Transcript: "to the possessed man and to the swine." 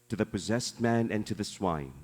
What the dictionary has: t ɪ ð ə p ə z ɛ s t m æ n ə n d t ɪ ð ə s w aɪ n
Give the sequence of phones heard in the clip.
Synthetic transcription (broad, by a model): t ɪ ð ə p ə z ɛ s t m æ n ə n t ɪ ð ə s w aɪ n